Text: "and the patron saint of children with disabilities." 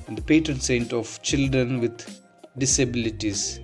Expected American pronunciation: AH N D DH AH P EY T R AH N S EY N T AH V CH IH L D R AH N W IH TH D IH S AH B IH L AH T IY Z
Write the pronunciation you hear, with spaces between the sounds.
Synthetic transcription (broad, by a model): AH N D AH P EY T R AH N S EY N T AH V CH IH L D R AH N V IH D D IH S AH B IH L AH T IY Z